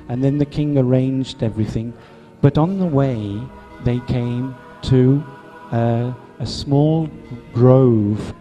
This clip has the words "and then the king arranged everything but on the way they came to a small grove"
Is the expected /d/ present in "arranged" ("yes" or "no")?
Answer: yes